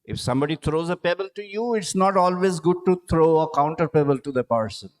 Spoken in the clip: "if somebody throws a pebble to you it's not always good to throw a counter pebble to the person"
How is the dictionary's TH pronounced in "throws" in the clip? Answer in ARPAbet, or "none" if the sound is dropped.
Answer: T